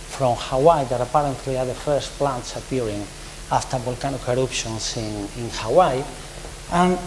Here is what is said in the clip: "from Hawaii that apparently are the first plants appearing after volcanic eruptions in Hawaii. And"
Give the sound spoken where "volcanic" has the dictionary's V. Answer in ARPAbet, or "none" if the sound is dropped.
B